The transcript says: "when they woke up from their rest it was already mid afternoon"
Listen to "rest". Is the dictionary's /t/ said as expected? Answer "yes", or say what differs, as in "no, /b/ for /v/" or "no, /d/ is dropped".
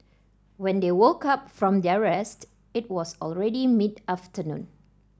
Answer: yes